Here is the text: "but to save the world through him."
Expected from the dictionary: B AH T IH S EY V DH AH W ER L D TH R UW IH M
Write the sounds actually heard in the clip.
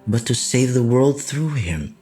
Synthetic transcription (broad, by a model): B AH T IH S EY V DH AH W ER L D TH R UW IH M